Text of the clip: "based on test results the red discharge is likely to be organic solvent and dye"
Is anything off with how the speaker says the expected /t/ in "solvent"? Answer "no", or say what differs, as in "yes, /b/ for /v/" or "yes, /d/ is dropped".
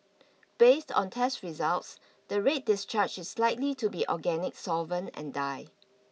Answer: yes, /t/ is dropped